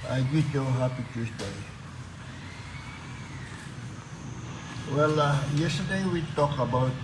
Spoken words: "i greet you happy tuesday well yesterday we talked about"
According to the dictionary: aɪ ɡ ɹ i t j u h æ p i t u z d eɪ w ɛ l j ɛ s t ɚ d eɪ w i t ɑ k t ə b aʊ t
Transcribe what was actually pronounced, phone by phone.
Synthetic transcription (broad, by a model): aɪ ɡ i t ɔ h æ p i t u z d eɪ w ɛ l j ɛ s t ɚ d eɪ w i t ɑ k ə b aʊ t